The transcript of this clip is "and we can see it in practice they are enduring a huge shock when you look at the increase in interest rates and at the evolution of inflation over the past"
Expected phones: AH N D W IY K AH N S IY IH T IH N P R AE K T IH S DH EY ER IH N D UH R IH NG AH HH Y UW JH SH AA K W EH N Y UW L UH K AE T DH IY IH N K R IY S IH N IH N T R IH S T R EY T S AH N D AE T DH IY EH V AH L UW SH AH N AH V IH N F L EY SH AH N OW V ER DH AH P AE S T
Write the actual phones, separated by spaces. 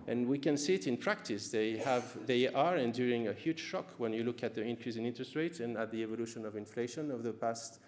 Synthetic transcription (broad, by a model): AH N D W IY K AH N S IY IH T IH N P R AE K T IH S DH EY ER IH N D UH R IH NG AH HH Y UW JH SH AA K W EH N Y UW L UH K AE T DH IY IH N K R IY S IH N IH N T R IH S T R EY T AH N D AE T DH IY EH V AH L UW SH AH N AH V IH N F L EY SH AH N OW V DH AH P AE S T